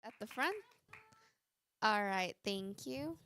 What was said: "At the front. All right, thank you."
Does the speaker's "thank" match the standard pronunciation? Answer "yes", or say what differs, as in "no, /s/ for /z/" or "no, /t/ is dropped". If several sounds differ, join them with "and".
yes